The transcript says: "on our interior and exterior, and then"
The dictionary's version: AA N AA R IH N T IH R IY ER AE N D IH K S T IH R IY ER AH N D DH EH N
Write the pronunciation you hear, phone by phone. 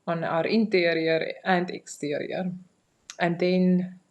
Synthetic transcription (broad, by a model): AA N AA R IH N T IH R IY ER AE N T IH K S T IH R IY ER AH N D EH N